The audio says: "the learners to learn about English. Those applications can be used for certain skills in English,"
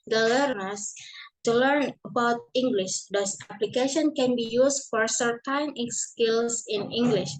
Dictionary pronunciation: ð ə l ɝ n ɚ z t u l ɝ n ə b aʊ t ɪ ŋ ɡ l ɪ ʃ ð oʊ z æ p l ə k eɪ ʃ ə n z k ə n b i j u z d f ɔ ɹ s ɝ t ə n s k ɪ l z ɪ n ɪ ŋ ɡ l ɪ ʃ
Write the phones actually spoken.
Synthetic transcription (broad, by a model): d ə l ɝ n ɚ s t u l ɝ n ə b aʊ t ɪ ŋ ɡ l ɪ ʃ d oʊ s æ p l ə k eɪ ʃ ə n k ə n b i j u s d f ɔ ɹ s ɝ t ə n s k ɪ l s ɪ n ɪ ŋ ɡ l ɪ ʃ